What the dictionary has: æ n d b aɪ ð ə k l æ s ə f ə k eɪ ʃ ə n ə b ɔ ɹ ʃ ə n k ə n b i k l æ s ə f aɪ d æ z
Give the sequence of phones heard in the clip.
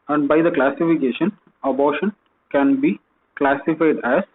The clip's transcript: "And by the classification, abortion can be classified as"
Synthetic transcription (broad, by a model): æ n d b aɪ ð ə k l æ s ə f ə k eɪ ʃ ə n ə b ɔ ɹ ʃ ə n k ə n b i k l æ s ə f aɪ d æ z